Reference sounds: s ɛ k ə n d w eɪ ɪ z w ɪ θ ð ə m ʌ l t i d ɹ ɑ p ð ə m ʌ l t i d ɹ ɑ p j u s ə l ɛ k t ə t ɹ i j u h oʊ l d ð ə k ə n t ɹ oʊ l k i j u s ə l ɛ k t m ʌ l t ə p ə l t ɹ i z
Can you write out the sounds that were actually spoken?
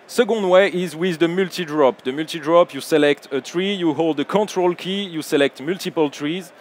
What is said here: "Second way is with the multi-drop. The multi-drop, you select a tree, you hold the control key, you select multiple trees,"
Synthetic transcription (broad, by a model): s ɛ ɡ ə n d w eɪ ɪ z w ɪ ð ə m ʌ l t i d ɹ ɑ p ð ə m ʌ l t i d ɹ ɑ p j u s ə l ɛ k t ə t ɹ i j u h oʊ l d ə k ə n t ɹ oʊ l k i j u s ə l ɛ k t m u l t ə p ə l t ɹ i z